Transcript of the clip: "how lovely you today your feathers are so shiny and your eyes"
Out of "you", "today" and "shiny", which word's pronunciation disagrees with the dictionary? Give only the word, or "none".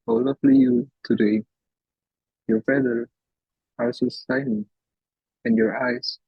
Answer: shiny